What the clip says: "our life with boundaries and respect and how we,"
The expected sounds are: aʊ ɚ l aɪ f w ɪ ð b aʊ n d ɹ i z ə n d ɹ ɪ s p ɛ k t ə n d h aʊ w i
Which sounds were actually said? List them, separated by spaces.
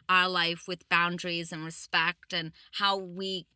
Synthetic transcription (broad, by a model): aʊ ɚ l aɪ f w ɪ ð b aʊ n d ɹ i z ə n ɹ ɪ s p ɛ k t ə n h aʊ w i